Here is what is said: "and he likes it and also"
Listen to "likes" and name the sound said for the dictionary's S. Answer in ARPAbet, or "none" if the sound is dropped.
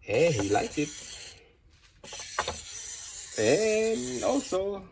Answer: none